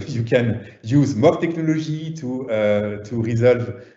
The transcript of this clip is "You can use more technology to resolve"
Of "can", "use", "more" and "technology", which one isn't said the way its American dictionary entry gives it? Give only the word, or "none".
technology